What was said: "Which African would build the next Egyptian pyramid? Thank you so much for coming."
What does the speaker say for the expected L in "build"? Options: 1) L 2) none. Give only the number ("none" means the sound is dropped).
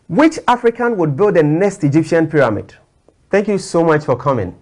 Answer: 1